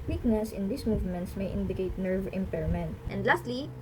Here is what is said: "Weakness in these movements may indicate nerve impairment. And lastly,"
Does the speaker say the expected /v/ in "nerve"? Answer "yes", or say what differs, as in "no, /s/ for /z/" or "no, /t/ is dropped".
yes